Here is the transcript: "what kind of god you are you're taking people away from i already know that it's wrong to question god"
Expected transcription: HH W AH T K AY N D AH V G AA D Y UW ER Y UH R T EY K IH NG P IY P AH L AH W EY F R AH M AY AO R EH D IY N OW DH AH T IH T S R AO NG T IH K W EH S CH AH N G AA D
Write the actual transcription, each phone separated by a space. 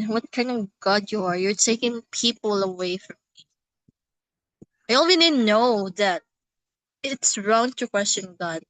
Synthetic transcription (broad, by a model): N W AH T K AY N D AH V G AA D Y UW ER Y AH R T EY K IH NG P IY P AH L AH W EY F R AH M AY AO W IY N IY N OW DH AH T IH T S R AO NG T IH K W EH S CH AH N G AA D